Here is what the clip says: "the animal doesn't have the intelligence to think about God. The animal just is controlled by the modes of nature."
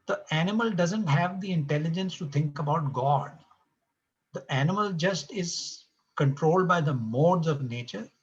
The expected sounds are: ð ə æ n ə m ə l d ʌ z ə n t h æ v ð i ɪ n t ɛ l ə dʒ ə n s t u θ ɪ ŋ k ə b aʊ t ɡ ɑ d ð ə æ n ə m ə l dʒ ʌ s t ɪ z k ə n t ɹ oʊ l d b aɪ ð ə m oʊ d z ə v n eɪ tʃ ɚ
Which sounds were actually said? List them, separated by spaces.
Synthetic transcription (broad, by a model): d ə æ n ə m ə l d ʌ z ə n t h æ v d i ɪ n t ɛ l ə dʒ ə n s t u t ɪ ŋ k ə b aʊ t ɡ ɑ d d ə æ n ə m ə l dʒ ʌ s t ɪ z k ə n t ɹ oʊ l d b aɪ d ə m oʊ d z ə v n eɪ tʃ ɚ